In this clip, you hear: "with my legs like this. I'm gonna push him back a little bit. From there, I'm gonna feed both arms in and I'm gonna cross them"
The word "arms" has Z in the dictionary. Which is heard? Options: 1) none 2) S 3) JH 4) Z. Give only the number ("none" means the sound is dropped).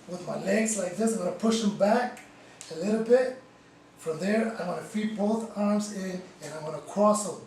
4